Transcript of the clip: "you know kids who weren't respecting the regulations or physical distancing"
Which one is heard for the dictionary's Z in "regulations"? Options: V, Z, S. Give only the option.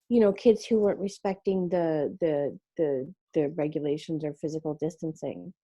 Z